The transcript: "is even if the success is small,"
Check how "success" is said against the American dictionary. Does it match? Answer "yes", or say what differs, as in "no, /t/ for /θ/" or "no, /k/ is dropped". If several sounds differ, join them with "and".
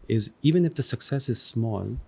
yes